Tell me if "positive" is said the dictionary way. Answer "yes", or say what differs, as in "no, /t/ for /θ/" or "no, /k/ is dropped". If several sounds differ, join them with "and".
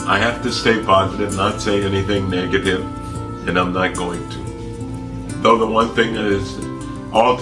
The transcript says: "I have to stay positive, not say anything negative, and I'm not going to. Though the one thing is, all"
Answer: yes